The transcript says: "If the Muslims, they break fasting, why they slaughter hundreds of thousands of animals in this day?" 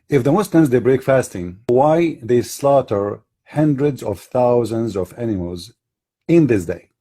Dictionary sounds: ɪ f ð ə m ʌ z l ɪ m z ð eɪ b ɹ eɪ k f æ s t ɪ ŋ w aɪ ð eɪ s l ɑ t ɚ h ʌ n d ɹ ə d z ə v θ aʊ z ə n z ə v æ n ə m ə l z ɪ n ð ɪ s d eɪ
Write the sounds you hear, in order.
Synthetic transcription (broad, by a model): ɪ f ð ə m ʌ s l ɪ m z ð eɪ b ɹ eɪ k f æ s t ɪ ŋ w aɪ ð eɪ s l ɑ t ɚ h ʌ n d ɹ ə d z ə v θ aʊ z ə n z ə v æ n ə m ə l z ɪ n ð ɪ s d eɪ